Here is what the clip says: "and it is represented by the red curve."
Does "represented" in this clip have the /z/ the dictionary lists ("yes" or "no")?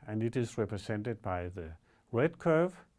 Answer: no